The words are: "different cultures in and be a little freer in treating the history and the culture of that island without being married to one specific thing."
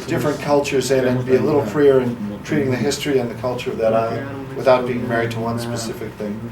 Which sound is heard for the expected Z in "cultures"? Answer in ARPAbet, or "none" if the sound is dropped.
Z